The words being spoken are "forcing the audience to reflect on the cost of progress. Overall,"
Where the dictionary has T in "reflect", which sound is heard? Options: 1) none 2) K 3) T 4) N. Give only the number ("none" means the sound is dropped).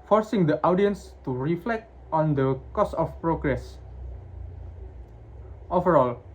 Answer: 3